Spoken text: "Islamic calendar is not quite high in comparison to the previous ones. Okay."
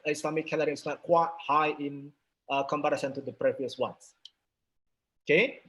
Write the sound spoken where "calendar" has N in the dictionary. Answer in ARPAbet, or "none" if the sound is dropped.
none